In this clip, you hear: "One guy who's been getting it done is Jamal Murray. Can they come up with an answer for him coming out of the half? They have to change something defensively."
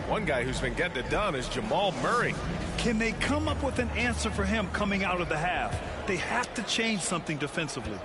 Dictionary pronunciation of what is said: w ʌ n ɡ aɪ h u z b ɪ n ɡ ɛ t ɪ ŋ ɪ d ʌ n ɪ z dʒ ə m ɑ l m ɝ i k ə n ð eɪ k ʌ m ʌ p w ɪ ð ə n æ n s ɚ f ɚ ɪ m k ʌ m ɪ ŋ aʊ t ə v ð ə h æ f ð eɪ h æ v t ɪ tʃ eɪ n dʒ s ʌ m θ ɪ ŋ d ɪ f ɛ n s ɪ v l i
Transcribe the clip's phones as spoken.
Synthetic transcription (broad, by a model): w ʌ n ɡ aɪ h u z b ɪ n ɡ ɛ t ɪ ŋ ɪ d ʌ n ɪ z dʒ ə m ɑ l m ɝ i k ə n ð eɪ k ʌ m ʌ p w ɪ ð ə n æ n s ɚ f ɚ ɪ m k ʌ m ɪ ŋ aʊ t ə v ð ə h æ f ð eɪ h æ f t ɪ tʃ eɪ n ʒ s ʌ m θ ɪ ŋ d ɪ f ɛ n s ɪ v l i